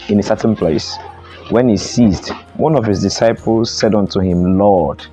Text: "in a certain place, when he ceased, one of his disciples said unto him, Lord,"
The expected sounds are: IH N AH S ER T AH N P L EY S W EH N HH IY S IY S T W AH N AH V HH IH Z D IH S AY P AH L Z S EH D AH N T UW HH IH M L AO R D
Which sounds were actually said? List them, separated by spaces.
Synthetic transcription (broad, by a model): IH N AH S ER T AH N P L EY S W EH N HH IY S IY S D W AH N AH V HH IH Z D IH S AY P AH L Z S EH D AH N T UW HH IH M L AO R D